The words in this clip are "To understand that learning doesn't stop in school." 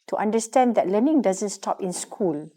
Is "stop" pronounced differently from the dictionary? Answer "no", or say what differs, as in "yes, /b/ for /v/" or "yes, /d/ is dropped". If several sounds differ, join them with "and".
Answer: no